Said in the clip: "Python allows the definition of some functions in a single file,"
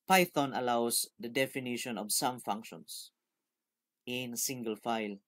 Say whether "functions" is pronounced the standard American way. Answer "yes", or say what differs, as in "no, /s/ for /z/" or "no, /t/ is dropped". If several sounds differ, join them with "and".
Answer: no, /s/ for /z/